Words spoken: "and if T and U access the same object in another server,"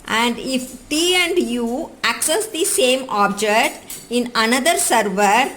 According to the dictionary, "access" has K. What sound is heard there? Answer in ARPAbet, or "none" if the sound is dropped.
K